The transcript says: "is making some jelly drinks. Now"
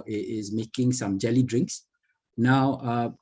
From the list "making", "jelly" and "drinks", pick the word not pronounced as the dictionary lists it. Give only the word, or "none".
none